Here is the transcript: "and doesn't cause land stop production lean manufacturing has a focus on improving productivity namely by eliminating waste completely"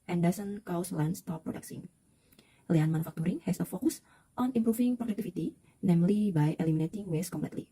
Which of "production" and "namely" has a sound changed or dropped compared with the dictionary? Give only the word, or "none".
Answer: production